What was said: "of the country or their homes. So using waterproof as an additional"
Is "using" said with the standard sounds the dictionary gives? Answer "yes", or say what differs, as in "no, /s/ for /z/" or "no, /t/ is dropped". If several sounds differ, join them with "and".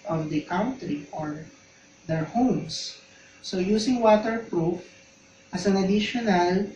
no, /s/ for /z/